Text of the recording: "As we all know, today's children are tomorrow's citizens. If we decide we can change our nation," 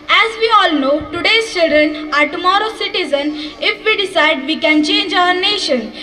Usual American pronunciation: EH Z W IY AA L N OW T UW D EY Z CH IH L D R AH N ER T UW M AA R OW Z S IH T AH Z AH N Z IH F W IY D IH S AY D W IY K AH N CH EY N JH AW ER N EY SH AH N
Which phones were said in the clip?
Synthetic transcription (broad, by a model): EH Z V IY AA L N OW T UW D EY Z CH IH L D R AH N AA T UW M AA R OW S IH T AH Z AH N IH F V IY D IH S AY D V IY K AH N CH EY N JH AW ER N EY SH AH N